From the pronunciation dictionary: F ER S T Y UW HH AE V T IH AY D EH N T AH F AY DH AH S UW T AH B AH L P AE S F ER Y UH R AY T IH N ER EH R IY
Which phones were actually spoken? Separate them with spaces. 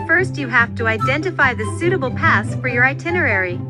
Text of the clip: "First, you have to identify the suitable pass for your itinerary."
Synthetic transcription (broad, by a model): F ER S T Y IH HH AE F T IH AY D EH N T AH F AY DH AH S UW T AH B L P AE S F ER Y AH R AY T IH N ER EH R IY